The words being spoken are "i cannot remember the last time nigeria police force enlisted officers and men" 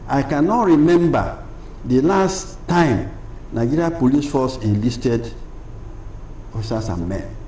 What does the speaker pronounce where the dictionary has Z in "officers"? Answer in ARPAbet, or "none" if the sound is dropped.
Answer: S